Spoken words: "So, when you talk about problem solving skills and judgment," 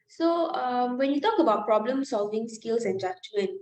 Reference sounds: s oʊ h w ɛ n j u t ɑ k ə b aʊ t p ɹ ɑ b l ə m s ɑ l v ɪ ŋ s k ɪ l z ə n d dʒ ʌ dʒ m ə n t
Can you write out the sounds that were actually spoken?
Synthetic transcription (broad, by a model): s oʊ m w ɛ n j u t ɑ k ə b aʊ t p ɹ ɑ b l ə m s ɑ l v ɪ ŋ s k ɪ l s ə n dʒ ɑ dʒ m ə n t